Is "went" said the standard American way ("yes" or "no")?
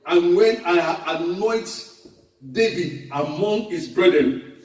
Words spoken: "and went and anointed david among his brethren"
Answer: no